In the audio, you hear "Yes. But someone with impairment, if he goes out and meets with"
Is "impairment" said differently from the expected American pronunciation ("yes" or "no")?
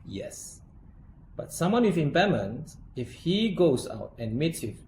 yes